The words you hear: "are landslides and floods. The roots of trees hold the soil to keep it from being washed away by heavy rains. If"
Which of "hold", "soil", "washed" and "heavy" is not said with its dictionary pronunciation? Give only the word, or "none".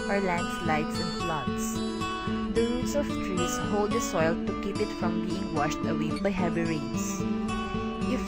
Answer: none